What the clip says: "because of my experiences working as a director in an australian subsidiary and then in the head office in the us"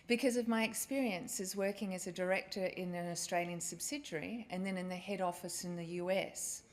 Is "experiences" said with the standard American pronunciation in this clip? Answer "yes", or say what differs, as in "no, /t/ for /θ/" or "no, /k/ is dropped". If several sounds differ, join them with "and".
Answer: yes